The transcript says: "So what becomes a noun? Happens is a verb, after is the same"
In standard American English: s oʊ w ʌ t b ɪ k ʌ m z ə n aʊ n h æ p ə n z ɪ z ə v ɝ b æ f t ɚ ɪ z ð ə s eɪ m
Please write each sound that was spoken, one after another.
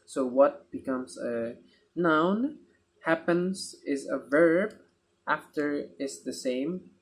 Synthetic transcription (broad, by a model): s oʊ w ʌ t b ɪ k ʌ m z ə n aʊ n h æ p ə n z ɪ z ə v ɝ b æ f t ɚ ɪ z ð ə s eɪ m